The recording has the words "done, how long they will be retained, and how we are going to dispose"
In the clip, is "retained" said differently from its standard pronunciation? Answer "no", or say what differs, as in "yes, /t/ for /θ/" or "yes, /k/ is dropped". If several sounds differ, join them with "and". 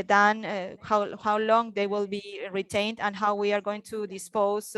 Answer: no